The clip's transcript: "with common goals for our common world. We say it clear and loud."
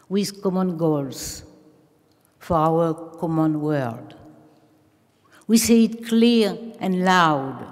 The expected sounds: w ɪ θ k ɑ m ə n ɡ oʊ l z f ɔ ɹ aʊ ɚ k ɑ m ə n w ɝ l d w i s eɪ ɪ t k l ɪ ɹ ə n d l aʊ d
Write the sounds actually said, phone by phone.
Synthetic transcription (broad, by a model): w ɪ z k ɑ m ə n ɡ oʊ l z f ɔ ɹ aʊ ɚ k ɑ m ə n w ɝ d w i s eɪ ɪ t k l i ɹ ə n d l aʊ d